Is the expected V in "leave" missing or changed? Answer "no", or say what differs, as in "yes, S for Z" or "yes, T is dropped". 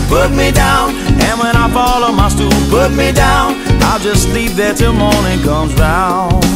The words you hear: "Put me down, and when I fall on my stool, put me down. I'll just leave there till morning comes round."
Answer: yes, P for V